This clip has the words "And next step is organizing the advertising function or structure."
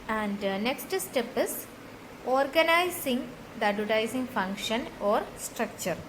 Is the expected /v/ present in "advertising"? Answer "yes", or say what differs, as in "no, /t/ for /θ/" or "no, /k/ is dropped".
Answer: no, /v/ is dropped